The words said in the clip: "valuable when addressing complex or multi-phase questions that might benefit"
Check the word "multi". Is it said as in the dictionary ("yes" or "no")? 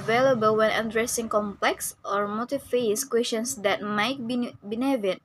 no